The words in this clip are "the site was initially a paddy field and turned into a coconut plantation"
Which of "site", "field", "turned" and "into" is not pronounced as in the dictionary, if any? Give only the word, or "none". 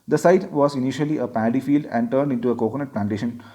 none